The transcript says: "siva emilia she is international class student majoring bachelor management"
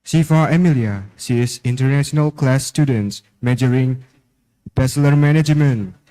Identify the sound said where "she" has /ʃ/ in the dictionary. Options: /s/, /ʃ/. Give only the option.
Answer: /s/